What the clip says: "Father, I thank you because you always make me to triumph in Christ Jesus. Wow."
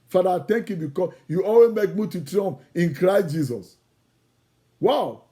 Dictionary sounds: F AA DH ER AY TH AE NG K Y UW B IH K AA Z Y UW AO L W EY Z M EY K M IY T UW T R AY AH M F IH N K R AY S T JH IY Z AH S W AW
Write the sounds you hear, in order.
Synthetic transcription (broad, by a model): F AA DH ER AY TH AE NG K Y UW B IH K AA Y UW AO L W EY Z M EY K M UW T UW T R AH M P IH N K R AY S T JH IY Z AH S W AW